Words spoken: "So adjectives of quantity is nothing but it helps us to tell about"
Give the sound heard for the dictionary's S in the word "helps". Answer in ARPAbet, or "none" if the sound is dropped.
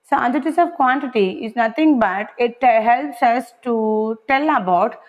S